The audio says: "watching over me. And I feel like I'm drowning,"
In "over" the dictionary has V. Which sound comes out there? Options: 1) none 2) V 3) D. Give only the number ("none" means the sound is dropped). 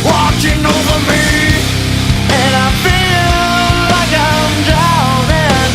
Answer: 2